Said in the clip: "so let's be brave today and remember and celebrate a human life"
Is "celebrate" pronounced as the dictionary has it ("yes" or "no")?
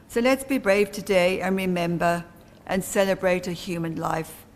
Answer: yes